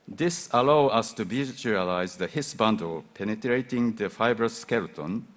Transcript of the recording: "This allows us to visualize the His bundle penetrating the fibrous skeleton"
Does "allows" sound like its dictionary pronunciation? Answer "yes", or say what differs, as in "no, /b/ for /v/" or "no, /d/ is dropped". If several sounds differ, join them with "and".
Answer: no, /z/ is dropped